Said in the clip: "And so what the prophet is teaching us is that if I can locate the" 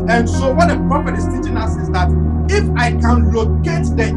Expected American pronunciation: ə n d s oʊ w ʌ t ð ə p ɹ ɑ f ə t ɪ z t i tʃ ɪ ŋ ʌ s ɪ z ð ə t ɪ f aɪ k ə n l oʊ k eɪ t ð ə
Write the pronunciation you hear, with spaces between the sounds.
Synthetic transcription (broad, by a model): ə n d s oʊ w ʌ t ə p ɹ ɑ p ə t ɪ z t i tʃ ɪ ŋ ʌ s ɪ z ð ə t ɪ f aɪ k ə n l oʊ k eɪ t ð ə